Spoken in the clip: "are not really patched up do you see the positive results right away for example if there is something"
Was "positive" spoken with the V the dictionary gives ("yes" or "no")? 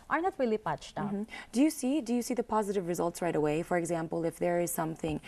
yes